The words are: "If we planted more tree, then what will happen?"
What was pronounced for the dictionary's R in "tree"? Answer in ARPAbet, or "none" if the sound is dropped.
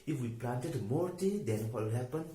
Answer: none